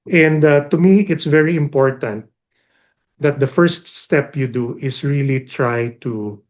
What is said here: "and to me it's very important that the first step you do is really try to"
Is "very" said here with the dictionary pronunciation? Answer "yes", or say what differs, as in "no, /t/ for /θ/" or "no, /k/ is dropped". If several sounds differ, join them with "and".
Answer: yes